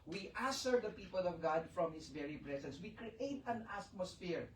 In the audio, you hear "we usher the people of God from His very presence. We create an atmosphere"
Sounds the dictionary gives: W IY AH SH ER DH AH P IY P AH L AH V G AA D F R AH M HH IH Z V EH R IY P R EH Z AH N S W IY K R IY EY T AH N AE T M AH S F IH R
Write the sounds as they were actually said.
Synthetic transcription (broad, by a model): W IY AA S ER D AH P IY P AH L AH V G AA D F R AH M HH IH S V EH R IY P R EH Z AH N S W IY K R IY EY T AH N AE T M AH S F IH R